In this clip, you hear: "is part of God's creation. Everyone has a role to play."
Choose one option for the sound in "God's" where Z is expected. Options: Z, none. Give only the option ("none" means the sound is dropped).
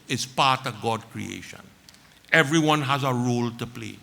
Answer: none